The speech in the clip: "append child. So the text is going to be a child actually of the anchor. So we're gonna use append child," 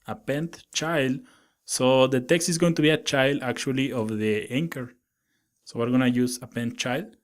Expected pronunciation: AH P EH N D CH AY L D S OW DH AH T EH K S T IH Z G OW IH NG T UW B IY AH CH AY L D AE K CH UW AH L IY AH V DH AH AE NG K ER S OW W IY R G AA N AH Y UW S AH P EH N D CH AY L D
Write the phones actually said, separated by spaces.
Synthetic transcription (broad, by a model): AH P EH N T CH AY L D S OW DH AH T EH K S T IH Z G OW IH NG T UW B IY AH CH AY L D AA K CH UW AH L IY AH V DH AH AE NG K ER S OW W IY R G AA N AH Y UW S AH P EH N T CH AY L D